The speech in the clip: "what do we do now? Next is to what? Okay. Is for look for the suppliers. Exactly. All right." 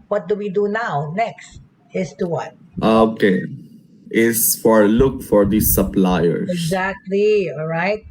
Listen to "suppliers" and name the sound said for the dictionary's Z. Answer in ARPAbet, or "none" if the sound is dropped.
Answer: none